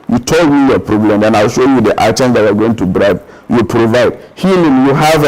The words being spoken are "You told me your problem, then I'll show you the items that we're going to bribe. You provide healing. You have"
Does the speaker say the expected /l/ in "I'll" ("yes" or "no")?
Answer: yes